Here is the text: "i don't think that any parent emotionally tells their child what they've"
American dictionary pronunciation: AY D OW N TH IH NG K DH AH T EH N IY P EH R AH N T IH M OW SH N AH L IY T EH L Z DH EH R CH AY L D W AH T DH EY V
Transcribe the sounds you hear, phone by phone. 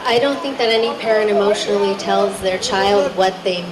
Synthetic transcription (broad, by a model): AY D OW N TH IH NG K DH AH T EH N IY P EH R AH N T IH M OW SH N L IY T EH L Z DH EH R CH AY L D W AH T DH EY